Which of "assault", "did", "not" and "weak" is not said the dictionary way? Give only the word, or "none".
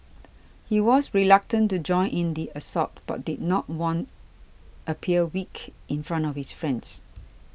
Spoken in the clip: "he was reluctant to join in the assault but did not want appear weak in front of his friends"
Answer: assault